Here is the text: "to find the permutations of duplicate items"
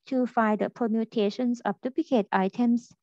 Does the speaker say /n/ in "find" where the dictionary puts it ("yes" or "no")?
no